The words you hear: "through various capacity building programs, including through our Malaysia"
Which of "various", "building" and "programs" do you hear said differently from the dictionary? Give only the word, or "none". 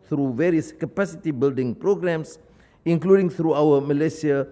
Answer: programs